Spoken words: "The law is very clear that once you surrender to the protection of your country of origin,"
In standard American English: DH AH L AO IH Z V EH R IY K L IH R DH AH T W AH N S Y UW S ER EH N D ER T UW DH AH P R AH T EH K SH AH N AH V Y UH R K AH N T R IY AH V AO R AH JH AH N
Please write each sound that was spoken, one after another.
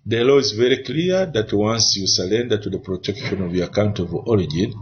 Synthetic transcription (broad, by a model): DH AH L AO IH Z V EH R IY K L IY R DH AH T W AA N S Y UW S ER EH N D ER T UW DH AH P R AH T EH K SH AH N AH V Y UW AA K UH N T IY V AO R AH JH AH N